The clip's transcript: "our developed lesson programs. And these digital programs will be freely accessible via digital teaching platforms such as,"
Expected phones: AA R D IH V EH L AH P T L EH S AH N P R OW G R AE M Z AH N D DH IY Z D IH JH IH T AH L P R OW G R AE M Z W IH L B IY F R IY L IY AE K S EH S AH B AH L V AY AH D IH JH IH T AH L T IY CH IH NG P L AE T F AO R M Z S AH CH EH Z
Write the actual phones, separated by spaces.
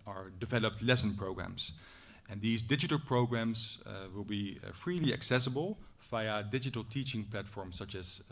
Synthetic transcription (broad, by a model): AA R D IH V EH L AH P T L EH S AH N P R OW G R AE M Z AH N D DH IY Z D IH JH IH T AH L P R OW G R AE M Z W IH L B IY F R IY L IY AE K S EH S AH B AH L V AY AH D IH JH IH T AH L T IY CH IH NG P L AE T F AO R M S AH CH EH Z